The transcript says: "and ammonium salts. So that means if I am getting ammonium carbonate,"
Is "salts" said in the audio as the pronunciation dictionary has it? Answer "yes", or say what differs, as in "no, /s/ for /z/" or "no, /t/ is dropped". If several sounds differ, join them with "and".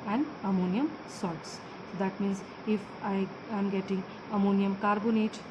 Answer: no, /l/ is dropped